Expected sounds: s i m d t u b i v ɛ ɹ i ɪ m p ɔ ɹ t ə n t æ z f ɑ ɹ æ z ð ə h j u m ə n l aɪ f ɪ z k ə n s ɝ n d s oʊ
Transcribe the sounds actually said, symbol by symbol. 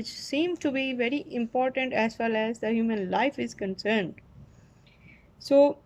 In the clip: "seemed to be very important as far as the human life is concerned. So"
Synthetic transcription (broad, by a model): s i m t u b i v ɛ ɹ i ɪ m p ɔ ɹ t ə n t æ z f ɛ l æ z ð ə h j u m ə n l aɪ f ɪ z k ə n s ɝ n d s oʊ